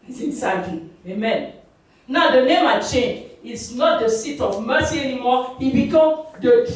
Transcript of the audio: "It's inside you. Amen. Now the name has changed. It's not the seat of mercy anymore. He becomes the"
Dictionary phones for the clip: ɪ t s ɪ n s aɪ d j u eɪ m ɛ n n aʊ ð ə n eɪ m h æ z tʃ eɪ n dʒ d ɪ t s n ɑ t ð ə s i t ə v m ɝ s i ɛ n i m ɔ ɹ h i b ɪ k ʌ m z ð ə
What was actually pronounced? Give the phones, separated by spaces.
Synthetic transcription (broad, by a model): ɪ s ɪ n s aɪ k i eɪ m ɛ n n aʊ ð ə n eɪ m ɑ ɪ tʃ eɪ n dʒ ɪ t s n ɑ t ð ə s i t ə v m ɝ s i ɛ n i m ɔ h i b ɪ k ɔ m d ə